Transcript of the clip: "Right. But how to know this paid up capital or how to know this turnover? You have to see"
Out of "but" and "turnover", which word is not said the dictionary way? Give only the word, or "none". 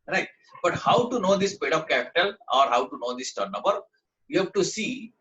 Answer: turnover